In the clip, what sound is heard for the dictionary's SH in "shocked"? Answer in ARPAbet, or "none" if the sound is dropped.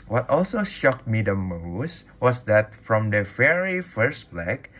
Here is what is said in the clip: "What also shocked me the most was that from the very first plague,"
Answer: SH